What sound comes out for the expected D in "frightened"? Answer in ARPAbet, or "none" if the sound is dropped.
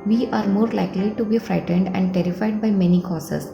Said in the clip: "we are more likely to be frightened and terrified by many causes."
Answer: D